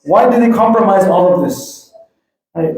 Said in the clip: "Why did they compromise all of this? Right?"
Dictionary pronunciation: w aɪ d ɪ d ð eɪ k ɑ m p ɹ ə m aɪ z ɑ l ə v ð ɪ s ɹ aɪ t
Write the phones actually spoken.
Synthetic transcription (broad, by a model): w aɪ d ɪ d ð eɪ k ɑ m p ɹ ə m aɪ z ɑ l ə v ð ɪ s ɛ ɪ